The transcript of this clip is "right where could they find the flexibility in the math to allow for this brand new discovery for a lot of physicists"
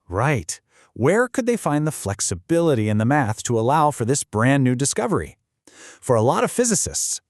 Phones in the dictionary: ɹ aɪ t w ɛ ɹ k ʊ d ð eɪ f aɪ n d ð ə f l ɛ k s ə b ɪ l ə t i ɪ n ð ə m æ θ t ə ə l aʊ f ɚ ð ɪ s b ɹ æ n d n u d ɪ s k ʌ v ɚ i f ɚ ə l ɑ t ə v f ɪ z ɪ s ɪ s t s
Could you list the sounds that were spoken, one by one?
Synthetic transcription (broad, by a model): ɹ aɪ t w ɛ ɹ k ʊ d ð eɪ f aɪ n ð ə f l ɛ k s ə b ɪ l ə t i ɪ n ð ə m æ θ t ə ə l aʊ f ɚ ð ɪ s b ɹ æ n n u d ɪ s k ʌ v ɚ i f ɚ ə l ɑ t ə v f ɪ z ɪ s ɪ s t s